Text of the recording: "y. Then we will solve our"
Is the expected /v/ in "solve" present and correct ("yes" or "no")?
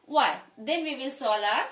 no